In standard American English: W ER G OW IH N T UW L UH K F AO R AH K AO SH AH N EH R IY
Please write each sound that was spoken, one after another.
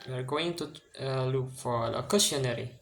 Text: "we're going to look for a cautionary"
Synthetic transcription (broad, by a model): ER G OW IH N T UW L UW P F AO L AH K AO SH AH N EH R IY